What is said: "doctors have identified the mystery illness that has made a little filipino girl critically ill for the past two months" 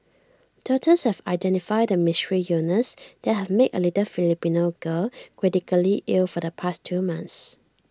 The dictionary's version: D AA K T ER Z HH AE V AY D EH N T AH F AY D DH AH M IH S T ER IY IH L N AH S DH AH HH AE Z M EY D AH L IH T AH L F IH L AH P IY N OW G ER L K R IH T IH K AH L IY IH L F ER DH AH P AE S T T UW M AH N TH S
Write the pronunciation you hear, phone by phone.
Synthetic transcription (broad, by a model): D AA T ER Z HH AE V AY D EH N T AH F AY D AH M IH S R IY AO N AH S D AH HH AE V M EY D AH L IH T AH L F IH L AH P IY N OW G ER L K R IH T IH K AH L IY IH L F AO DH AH P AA S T T UW M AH N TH S